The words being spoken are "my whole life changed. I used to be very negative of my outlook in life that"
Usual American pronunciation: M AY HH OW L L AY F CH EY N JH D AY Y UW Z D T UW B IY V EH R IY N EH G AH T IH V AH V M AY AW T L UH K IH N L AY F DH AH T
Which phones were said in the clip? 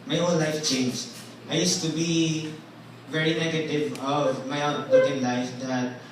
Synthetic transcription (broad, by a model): M AY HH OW N L AY F CH EY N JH AY Y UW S T UW B IY V EH R IY N EH G AH T IH V AH V M AY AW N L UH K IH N L AY F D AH T